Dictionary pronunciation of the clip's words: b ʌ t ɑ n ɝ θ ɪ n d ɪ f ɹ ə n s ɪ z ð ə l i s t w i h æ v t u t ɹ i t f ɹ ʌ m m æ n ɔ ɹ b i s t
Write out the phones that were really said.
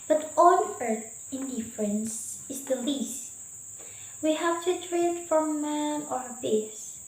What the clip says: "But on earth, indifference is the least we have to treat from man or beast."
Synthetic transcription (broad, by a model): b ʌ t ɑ l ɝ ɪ n d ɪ f ɹ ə n s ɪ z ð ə l i s t w i h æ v t u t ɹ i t f ɹ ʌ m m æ ɔ ɹ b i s